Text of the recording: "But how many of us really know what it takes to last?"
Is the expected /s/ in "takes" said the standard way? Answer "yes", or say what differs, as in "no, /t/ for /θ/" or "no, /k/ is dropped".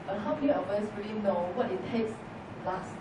yes